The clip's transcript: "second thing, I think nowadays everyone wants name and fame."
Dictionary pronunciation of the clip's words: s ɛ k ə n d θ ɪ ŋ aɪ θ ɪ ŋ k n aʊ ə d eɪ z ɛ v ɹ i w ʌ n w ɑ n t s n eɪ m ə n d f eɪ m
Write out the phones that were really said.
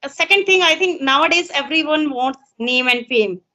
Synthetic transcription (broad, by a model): s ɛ k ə n d t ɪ ŋ aɪ t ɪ ŋ k n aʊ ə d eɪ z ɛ v ɹ i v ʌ n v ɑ n t s n eɪ m ə n d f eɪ m